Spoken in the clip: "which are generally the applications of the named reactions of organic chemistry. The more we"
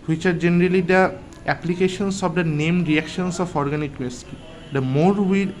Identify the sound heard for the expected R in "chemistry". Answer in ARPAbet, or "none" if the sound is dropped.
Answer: none